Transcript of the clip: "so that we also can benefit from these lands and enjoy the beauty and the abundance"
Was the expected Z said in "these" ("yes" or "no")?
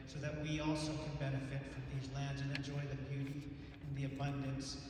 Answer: yes